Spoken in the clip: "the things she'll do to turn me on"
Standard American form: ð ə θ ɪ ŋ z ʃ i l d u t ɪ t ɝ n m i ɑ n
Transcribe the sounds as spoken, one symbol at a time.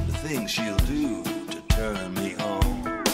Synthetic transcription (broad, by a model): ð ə θ ɪ ŋ z ʃ i l d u t ɪ t ɝ n m i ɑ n